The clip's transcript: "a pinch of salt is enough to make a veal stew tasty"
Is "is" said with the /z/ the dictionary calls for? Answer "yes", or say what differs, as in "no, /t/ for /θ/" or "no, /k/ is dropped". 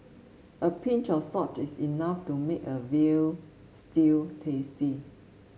no, /s/ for /z/